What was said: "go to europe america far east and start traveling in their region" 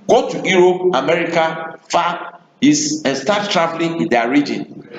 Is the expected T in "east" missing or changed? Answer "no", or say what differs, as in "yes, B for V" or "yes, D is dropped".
yes, T is dropped